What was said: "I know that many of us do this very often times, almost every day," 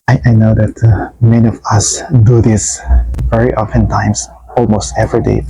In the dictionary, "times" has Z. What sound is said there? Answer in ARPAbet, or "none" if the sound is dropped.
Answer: S